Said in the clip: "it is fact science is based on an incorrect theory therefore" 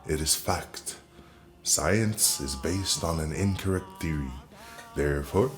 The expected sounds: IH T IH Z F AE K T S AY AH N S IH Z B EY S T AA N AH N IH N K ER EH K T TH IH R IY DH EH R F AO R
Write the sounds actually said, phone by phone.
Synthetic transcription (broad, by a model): IH T IH Z F AE K T S AY AH N S IH Z B EY S T N AH N IH N K ER EH K T TH IH R IY DH EH R F AO R